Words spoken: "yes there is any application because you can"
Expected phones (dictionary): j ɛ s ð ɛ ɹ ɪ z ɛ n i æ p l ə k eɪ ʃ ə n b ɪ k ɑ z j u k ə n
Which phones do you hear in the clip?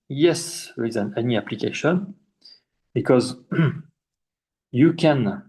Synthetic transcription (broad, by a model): j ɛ s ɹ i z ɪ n ɛ n i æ p l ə k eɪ ʃ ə n b ɪ k ɑ z j u k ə n